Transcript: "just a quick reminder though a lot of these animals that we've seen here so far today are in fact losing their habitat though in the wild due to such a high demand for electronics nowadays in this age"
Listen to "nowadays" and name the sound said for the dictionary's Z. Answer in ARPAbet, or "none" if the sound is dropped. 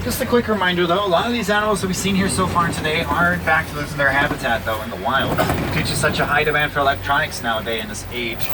none